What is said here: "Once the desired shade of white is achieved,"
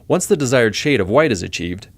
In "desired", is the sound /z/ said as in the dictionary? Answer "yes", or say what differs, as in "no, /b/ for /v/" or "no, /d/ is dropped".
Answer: yes